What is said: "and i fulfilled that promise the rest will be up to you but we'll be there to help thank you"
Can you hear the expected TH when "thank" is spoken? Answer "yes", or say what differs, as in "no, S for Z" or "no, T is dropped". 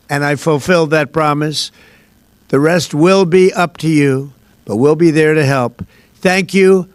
yes